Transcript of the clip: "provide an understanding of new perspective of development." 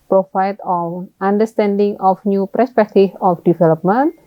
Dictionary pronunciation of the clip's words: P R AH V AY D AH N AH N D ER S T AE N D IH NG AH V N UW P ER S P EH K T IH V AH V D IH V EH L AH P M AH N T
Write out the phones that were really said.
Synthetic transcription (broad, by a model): P R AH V AY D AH L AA N D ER S T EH N D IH NG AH F N UW P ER S P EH K T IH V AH F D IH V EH L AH P M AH N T